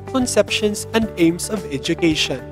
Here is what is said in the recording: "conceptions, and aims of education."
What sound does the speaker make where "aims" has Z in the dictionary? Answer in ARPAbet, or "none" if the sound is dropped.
S